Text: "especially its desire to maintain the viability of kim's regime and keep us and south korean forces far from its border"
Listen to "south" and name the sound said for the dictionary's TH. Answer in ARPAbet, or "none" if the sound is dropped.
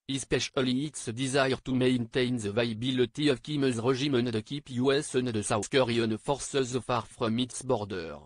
S